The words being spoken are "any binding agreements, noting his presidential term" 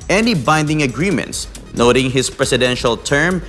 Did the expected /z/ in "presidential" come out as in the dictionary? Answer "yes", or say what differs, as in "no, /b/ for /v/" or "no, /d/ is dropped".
no, /s/ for /z/